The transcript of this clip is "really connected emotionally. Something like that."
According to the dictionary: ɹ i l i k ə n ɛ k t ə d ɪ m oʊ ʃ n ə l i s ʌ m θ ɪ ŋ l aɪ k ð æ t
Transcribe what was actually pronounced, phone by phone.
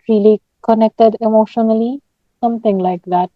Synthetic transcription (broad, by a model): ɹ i l i k ə n ɛ k t ə d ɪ m oʊ ʃ n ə l i s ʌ m t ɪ ŋ l aɪ k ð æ t